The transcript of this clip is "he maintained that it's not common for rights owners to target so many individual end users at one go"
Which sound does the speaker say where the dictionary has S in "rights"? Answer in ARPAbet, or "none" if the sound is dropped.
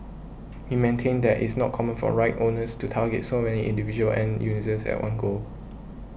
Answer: none